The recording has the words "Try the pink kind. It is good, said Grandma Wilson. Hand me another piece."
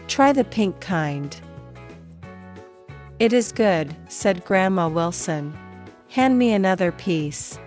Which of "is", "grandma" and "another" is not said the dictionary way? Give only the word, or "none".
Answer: none